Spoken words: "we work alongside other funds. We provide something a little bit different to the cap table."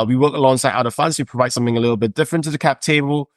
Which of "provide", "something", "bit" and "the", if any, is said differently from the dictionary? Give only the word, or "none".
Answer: none